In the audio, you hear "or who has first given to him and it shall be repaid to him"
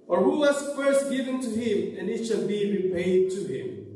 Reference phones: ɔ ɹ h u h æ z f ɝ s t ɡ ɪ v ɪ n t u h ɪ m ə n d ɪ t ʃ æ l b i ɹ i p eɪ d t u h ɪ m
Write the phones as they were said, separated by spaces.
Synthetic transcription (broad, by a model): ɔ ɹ h u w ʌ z f ɝ s t ɡ ɪ v ɪ n t u h ɪ m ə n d ɪ t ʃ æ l b i ɹ i p eɪ d t u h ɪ m